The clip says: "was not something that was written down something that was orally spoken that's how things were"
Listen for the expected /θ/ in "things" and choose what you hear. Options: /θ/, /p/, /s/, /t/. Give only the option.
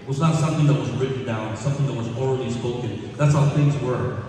/θ/